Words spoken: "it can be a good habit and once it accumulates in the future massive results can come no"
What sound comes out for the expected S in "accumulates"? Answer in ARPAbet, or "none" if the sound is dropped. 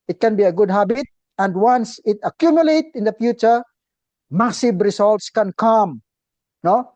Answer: none